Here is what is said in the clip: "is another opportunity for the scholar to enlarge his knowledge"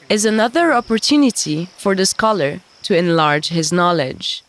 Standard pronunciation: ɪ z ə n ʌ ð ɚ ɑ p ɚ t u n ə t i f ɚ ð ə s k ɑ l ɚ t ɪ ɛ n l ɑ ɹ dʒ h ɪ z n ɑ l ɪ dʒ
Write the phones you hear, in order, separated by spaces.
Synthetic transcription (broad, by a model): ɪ z ə n ʌ ð ɚ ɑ p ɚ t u n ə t i f ɚ ð ə s k ɑ l ɚ t ɪ ɛ n l ɑ ɹ dʒ h ɪ z n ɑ l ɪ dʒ